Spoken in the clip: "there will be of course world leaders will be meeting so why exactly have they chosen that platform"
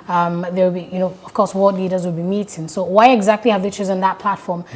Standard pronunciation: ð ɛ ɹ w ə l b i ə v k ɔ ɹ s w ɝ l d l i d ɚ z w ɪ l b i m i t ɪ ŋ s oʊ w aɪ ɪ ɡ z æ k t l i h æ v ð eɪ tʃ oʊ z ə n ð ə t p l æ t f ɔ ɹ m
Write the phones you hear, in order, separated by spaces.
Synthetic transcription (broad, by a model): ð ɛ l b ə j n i ə v k ɔ ɹ s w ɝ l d l i d ɚ z w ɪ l b i m i t ɪ ŋ s oʊ w aɪ ɪ ɡ z æ k t l i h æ v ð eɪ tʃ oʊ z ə n ð ə t p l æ t f ɔ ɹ m